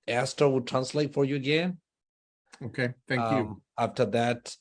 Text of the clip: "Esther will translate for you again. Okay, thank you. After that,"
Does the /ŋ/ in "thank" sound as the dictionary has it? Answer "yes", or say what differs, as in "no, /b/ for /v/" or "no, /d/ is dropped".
no, /ŋ/ is dropped